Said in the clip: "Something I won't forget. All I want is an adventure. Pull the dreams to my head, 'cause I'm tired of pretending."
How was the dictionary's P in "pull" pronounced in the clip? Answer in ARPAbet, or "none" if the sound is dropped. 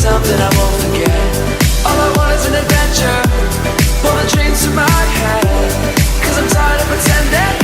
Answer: B